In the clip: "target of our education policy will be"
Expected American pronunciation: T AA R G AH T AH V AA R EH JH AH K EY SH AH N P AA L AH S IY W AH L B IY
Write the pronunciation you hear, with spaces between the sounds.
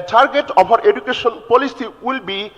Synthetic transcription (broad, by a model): T AA R G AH T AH B AA R EH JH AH K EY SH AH N P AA L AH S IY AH L B IY